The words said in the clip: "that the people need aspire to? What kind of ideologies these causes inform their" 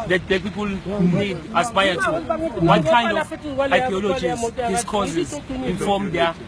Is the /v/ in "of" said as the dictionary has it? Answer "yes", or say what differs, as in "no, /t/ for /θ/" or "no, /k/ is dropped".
no, /w/ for /v/